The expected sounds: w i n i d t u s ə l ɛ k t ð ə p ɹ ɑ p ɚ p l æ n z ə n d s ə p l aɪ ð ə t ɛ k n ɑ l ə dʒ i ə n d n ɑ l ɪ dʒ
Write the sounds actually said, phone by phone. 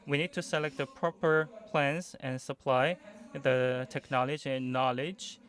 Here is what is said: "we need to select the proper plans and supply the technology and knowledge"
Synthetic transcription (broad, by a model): w i n i d t u s ə l ɛ k t ð ə p ɹ ɑ p ɚ p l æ n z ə n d s ə p l aɪ ð ə t ɛ k n ɑ l ə dʒ i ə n n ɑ l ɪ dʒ